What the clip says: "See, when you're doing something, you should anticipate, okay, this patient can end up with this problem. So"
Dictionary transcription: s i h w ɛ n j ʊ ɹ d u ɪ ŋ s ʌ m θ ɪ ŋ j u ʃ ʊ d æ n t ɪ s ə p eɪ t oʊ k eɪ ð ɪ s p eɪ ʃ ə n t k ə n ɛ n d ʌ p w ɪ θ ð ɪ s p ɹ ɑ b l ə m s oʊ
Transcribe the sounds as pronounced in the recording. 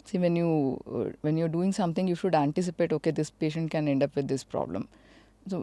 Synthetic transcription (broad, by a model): s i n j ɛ n j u ɹ d u ɪ ŋ s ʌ m t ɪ ŋ j u ʃ ʊ d æ n t ɪ s ə p eɪ t oʊ k eɪ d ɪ s p eɪ ʃ ə n t k ə n ɛ n d ʌ p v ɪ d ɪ s p ɹ ɑ b l ə m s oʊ